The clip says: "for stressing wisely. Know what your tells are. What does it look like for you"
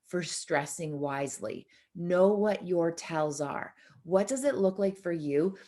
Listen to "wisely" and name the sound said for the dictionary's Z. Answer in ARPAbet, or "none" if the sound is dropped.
Z